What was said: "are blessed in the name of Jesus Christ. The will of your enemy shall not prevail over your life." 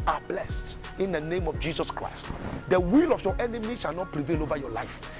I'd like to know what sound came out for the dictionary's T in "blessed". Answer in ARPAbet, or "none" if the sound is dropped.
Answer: T